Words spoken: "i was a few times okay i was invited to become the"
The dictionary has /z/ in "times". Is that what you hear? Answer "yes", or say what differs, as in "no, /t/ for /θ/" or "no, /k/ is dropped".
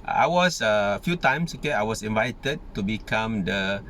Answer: no, /s/ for /z/